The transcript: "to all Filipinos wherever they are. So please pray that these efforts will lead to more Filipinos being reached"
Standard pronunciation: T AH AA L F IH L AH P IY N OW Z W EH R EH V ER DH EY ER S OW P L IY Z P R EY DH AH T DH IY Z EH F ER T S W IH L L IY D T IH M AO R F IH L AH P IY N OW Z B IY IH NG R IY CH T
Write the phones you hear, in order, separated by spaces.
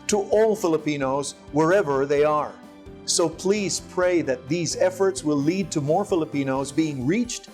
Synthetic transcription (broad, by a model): T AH AA L F IH L AH P IY N OW Z W EH R EH V ER DH EY ER S OW P L IY Z P R EY DH AH T DH IY Z EH F ER T S W IH L L IY D T IH M AO R F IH L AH P IY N OW Z B IY IH NG R IY CH T